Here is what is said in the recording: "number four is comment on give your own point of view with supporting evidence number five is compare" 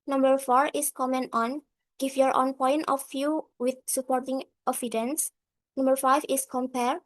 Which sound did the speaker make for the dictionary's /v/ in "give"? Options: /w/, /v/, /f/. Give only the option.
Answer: /f/